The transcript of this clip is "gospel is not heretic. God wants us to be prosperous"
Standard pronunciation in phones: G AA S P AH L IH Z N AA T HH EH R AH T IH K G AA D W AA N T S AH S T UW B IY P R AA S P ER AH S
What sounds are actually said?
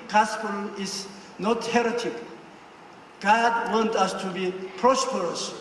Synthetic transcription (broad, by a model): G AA S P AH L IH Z N AA T HH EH R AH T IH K G AA D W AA N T AH S T UW B IY P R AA S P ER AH S